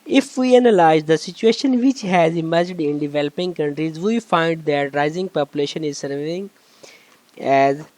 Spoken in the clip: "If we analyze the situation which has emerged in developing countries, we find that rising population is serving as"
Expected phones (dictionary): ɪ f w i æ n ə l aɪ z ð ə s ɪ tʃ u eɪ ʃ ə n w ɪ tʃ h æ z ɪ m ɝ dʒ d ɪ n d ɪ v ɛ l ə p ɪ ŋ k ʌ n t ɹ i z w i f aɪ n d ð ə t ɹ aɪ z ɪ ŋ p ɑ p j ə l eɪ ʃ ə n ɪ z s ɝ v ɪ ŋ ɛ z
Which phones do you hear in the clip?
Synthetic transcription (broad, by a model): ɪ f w i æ n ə l aɪ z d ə s ɪ tʃ u eɪ ʃ ə n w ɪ tʃ h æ z ɪ m ɝ dʒ d ɪ n d ɪ v ɛ l ə p ɪ ŋ k ʌ n t ɹ i z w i f aɪ n d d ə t ɹ aɪ z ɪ ŋ p ɑ p j ə l eɪ ʃ ə n ɪ z s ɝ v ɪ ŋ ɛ z